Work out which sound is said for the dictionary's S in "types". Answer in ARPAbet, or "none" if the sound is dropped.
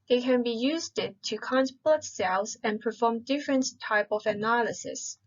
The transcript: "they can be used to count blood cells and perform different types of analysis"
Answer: none